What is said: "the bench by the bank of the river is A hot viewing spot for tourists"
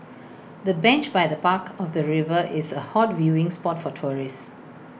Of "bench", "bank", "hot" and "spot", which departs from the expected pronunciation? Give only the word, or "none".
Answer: bank